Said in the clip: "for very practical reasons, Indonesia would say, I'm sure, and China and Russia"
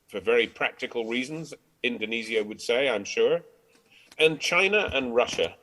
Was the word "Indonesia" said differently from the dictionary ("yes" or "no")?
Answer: yes